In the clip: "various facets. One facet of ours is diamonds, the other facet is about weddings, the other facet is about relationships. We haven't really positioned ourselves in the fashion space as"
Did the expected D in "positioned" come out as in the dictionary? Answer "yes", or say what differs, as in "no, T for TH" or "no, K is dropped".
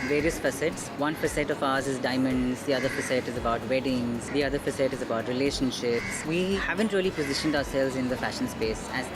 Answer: yes